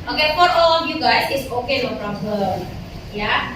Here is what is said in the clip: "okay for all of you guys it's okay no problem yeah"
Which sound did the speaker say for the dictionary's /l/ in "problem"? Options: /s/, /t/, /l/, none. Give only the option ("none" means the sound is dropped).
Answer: none